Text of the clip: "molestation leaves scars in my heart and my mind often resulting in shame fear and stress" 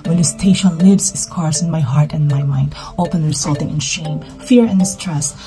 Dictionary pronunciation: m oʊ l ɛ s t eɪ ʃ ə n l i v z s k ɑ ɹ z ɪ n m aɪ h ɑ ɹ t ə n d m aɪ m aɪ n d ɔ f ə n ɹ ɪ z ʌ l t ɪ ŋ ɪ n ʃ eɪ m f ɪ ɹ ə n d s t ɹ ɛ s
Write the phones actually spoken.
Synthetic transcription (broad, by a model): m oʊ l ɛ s t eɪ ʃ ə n l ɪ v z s k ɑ ɹ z ɪ n m aɪ h ɑ ɹ t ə n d m aɪ m aɪ n d ɔ p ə n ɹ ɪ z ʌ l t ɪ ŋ ɪ n ʃ eɪ m f ɪ ɹ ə n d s t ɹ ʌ s